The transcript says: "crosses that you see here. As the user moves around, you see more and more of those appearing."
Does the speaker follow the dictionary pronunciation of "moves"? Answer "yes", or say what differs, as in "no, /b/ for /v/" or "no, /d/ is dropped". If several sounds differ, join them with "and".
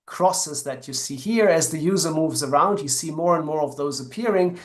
yes